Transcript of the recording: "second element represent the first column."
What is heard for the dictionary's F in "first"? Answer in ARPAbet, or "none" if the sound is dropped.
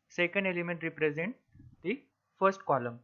F